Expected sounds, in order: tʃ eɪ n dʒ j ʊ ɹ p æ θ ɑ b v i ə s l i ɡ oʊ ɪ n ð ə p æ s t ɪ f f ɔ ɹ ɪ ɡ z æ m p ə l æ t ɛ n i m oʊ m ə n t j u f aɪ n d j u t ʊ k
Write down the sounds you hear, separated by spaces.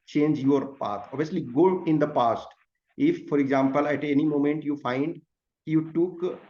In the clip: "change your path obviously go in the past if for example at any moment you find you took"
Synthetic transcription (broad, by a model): tʃ eɪ n dʒ j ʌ ɹ p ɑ t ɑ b i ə s l i ɡ oʊ ɪ n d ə p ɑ s t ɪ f f ɔ ɹ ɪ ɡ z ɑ m p ə l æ t ɛ n i m oʊ m ə n t j u f aɪ n d j u t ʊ k